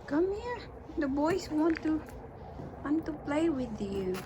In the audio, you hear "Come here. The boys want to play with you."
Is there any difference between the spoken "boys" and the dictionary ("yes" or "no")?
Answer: yes